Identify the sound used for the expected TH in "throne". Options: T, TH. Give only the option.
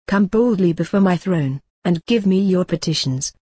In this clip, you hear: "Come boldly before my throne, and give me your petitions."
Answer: TH